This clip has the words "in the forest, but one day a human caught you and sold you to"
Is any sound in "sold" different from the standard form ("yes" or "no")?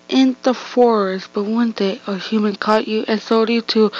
yes